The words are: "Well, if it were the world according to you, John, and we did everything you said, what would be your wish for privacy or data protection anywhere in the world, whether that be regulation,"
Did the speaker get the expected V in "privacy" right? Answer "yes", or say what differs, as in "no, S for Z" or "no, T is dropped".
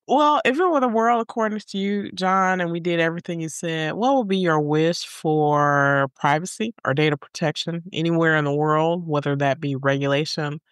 yes